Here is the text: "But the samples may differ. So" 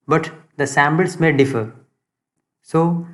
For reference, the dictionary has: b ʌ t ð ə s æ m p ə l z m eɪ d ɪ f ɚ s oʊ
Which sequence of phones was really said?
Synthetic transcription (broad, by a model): b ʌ t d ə s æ m b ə l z m eɪ d ɪ f ɚ s oʊ